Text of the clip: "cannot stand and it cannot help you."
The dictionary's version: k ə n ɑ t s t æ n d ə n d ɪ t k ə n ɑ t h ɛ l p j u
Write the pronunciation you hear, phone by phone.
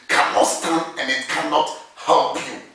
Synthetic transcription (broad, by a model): k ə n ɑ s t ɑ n ə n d ɪ t k ə n ɑ t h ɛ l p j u